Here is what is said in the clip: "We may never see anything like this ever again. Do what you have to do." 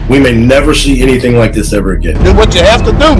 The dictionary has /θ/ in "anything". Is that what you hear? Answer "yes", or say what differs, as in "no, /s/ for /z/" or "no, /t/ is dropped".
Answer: yes